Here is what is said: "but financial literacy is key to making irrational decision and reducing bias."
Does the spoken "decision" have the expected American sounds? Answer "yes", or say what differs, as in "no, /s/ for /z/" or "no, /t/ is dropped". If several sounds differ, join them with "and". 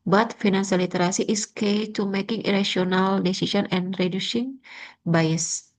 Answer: no, /s/ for /ʒ/